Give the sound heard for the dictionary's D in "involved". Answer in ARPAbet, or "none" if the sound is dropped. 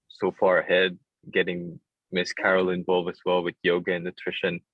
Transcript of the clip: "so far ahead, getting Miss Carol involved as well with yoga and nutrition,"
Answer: none